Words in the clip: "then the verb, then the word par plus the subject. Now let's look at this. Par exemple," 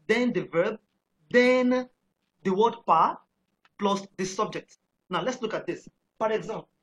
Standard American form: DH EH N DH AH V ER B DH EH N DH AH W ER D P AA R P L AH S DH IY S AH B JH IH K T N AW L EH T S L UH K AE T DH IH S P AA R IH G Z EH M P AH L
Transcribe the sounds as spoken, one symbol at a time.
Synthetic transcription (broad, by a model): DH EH N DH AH V ER B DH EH N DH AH W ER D P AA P L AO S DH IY S AH B JH IH K T N AW L EH T S L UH K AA T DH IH S P AA R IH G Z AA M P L